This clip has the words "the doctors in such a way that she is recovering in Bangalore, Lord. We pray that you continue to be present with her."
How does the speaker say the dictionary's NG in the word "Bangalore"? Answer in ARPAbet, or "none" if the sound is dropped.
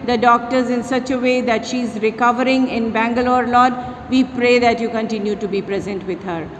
NG